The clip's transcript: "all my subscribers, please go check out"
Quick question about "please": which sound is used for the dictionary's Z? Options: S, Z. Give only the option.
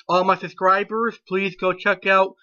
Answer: Z